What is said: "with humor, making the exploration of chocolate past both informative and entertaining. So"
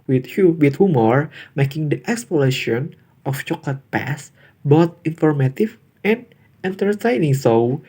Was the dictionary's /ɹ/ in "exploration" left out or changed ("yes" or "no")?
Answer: yes